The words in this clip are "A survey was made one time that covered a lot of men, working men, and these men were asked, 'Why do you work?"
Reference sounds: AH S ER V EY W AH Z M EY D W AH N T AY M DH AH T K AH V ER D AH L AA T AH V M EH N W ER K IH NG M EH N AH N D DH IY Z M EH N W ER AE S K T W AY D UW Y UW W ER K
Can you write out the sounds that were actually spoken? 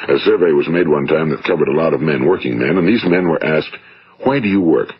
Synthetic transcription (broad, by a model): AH S ER V EY W AH Z M EY D W AH N T AY M DH AH T K AH V ER D AH L AA T AH V M EH N W ER K IH NG M EH N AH N DH IY Z M EH N W ER AE S K T W AY D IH Y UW W ER K